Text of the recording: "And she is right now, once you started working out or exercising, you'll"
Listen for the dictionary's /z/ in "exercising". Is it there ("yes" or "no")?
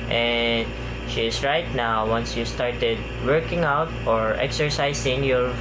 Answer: no